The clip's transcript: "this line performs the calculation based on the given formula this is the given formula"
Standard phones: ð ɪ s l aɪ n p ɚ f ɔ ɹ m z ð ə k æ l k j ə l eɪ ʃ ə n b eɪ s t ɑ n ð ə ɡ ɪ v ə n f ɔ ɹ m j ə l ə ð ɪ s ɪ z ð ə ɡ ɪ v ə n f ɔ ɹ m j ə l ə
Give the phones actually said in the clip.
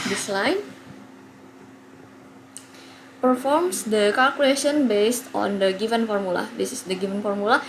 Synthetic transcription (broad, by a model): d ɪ s l aɪ n p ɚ f ɔ ɹ m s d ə k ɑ l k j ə l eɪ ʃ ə n b eɪ s t ɑ n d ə ɡ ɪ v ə n f ɔ ɹ m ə l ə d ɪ s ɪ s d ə ɡ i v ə n f ɔ ɹ m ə l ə